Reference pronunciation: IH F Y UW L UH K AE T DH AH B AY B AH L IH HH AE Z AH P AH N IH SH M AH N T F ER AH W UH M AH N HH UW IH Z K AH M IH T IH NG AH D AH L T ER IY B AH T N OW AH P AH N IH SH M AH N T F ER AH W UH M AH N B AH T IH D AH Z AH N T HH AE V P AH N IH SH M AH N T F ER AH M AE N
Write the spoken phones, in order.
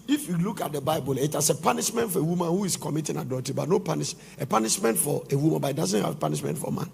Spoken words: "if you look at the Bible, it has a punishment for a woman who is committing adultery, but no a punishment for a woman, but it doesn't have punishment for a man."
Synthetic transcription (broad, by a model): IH F Y UW L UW K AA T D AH B AY B AH L IH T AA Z AH P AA N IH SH M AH N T F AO AH W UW M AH N HH UW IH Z K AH M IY T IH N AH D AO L T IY B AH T N OW AH P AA N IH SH M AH N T F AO AH W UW M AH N B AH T IH D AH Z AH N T HH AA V P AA N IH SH M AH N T F AH M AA N